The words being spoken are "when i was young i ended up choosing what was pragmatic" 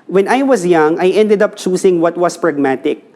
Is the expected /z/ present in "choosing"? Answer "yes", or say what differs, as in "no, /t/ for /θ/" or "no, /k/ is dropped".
no, /s/ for /z/